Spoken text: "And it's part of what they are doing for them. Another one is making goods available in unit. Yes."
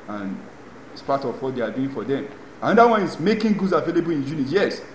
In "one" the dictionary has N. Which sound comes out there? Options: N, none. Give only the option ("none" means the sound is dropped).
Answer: N